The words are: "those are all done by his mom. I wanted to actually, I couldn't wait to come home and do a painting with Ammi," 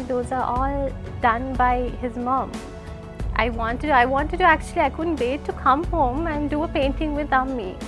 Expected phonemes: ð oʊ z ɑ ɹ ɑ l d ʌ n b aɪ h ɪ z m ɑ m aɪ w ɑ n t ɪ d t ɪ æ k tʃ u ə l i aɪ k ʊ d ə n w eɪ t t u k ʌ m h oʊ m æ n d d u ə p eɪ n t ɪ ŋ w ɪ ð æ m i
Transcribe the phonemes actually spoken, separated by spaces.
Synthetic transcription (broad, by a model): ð oʊ z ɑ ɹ ɑ l d ʌ n b aɪ h ɪ z m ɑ m aɪ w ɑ n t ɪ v t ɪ æ k tʃ u ə l i aɪ k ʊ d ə n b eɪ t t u k ʌ m h oʊ m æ n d d u ə p eɪ n t ɪ ŋ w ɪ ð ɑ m i